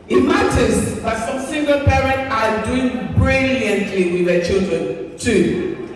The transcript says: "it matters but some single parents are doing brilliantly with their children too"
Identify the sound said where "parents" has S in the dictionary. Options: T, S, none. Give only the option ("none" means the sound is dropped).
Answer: none